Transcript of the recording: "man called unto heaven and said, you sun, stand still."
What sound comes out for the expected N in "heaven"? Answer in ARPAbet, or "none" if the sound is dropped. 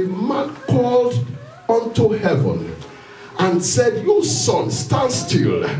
N